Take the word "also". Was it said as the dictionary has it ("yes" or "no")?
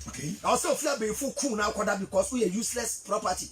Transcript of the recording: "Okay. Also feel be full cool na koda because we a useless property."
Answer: no